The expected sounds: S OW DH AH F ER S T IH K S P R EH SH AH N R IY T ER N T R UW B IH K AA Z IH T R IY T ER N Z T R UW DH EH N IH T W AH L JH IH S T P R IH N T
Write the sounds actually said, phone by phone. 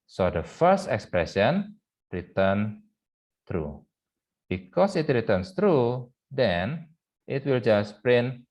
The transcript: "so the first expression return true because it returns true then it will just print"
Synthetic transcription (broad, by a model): S OW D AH F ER S T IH K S P R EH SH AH N R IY T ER N T R UW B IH K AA S IH T R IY T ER N S T R UW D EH N IH T W AH L JH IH S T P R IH N